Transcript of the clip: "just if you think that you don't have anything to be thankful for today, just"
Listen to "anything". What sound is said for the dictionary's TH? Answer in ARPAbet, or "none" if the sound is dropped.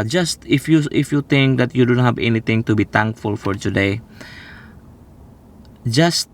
T